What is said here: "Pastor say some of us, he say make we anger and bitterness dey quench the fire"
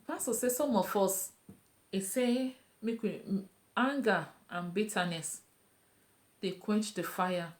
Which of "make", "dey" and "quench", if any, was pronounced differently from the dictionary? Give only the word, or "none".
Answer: none